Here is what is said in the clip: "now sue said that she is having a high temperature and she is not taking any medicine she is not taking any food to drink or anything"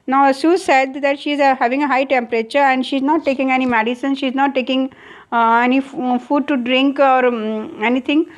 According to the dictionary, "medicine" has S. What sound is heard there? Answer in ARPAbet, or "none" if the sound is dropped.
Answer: S